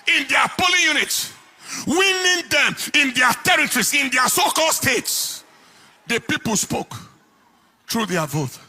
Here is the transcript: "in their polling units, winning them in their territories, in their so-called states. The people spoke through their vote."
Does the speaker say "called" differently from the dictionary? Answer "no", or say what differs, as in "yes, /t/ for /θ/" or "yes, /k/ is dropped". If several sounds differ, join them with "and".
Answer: no